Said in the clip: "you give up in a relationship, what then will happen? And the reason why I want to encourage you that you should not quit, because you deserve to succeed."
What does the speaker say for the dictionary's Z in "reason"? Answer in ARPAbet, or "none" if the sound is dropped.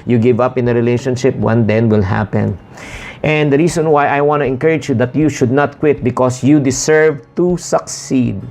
S